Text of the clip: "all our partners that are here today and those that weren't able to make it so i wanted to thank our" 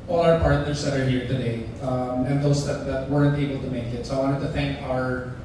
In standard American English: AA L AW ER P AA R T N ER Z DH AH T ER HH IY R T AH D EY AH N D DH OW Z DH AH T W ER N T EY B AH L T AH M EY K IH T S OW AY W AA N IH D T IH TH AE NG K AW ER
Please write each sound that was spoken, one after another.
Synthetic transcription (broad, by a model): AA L AW ER P AA R T N ER Z DH AH T ER HH IY R T AH D EY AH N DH OW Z DH AH T W ER N T EY B L T AH M EY K IH T S OW AY W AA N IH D T IH TH AE NG K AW ER